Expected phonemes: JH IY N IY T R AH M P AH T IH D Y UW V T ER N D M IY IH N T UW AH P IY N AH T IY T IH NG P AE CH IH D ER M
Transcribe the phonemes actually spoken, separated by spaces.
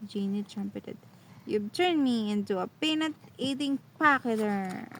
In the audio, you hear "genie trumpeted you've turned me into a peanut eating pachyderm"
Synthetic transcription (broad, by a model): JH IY N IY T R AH M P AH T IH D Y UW B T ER N M IY IH N T UW AH P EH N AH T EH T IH NG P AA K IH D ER